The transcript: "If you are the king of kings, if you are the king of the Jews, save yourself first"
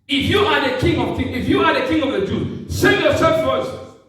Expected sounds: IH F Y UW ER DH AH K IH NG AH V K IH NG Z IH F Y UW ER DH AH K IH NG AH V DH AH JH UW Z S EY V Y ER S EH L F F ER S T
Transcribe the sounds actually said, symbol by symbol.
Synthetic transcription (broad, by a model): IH F Y UW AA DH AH K IH NG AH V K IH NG IH F Y UW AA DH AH K IH NG AH V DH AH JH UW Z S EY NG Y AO S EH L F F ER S